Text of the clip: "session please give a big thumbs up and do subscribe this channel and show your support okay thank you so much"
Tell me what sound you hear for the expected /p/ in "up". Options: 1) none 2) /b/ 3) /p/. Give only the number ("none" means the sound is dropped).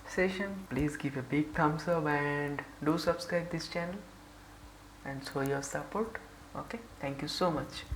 2